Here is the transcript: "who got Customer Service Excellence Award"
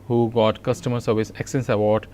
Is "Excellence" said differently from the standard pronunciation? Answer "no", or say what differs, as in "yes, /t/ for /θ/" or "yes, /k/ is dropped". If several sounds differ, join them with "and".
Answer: yes, /l/ is dropped